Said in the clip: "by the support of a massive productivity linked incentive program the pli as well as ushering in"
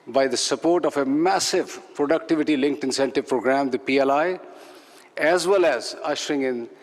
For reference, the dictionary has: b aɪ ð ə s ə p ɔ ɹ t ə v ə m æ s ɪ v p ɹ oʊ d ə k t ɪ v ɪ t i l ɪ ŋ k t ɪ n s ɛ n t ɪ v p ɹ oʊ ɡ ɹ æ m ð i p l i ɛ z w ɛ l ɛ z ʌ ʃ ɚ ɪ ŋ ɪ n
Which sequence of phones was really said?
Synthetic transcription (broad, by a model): b aɪ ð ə s ə p ɔ ɹ t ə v ə m æ s ɪ v p ɹ oʊ d ə k t ɪ v ɪ t i l ɪ ŋ k t ɪ n s ɛ n t ɪ v p ɹ oʊ ɡ ɹ æ m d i p l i ɛ z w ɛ l ɛ z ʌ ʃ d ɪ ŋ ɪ n